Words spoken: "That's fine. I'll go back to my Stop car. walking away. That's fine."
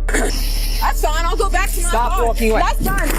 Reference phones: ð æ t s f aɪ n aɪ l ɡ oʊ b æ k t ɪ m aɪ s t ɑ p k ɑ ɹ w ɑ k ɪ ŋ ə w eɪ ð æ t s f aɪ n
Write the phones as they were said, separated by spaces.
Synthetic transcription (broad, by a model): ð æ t s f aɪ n aɪ l ɡ oʊ b æ k t ɪ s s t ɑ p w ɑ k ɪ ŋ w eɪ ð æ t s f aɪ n